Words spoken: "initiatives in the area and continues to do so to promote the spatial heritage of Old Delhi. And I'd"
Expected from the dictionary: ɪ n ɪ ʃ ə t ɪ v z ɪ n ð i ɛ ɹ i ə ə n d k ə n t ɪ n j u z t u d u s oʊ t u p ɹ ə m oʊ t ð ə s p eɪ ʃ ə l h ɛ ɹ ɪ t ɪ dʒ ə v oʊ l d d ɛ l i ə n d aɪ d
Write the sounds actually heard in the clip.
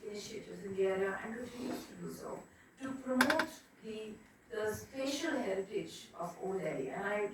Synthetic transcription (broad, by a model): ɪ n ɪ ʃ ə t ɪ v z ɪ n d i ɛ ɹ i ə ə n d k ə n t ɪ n j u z t u d u s oʊ t u p ɹ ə m oʊ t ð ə s p eɪ ʃ ə l h ɛ ɹ ɪ t ɪ dʒ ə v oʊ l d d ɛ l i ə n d aɪ